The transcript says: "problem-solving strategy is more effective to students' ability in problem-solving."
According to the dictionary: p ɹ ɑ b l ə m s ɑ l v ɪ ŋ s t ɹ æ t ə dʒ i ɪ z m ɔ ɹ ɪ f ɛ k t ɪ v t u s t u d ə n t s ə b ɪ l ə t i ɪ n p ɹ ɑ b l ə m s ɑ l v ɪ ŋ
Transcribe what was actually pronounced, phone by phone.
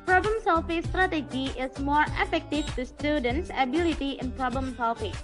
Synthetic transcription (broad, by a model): p ɹ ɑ b l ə m s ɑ l f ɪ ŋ s t ɹ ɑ t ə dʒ i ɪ s m ɔ ɹ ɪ f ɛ k t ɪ f t u s t u d ə n t s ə b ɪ l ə t i ɪ n p ɹ ɑ b l ə m s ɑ l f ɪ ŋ